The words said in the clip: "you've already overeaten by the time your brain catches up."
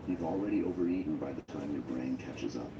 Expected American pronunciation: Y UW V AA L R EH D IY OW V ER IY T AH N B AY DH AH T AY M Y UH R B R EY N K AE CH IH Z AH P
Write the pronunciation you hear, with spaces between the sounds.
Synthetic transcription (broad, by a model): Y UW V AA L R EH D IY OW V ER IY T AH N B AY DH AH T AY M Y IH B R EY N K AE CH IH Z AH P